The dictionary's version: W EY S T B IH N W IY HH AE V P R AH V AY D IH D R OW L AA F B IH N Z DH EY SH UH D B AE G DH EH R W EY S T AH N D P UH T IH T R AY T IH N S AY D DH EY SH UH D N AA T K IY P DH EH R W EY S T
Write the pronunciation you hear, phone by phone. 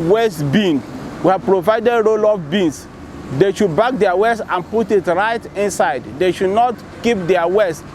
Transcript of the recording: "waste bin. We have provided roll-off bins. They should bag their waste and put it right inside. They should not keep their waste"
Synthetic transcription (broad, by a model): W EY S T B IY N W IY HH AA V P R AH V AY D IH D R OW L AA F B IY N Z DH EY SH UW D B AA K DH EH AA W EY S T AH N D P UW T IH T R AY T IH N S AY D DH EY SH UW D N AA T K IY P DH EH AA W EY S T